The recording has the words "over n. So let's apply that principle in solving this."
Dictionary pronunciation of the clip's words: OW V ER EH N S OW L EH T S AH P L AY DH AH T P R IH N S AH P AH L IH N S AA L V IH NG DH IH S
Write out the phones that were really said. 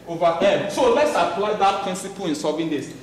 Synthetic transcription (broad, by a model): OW V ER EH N S OW L EH T S AH P L AY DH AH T P R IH N S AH P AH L IH N S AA V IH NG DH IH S